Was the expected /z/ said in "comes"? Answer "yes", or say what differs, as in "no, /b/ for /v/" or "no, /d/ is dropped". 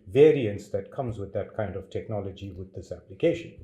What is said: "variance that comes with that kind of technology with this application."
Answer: yes